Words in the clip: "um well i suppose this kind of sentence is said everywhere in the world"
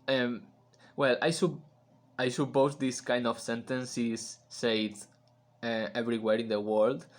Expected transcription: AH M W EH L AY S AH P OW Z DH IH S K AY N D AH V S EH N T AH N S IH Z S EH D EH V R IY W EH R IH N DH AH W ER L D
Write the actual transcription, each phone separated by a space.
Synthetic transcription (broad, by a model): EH M W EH L AY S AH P OW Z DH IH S K AY N D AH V S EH N T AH N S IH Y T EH EH V R IY W EH R IH N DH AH W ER L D